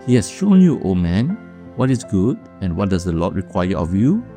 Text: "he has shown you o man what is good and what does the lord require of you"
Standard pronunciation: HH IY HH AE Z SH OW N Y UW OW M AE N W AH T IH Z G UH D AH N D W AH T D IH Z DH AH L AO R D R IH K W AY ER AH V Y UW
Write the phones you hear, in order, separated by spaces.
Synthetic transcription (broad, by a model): HH IY HH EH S SH OW N Y UW OW M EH N W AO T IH S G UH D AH N W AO T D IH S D AH L AO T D R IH K W AY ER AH F Y UW